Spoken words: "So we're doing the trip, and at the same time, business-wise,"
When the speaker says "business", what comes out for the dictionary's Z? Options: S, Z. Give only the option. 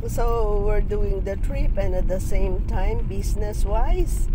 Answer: S